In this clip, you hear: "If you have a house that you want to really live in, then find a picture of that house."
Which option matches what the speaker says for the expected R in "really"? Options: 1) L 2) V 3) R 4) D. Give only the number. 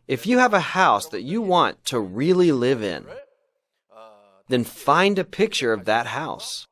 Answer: 3